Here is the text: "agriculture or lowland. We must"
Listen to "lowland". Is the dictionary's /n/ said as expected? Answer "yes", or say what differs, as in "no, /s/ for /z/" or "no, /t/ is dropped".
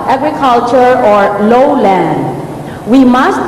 yes